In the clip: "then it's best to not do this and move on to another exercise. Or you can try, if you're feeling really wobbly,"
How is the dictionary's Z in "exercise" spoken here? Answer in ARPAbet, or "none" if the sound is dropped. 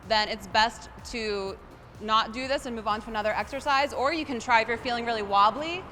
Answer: Z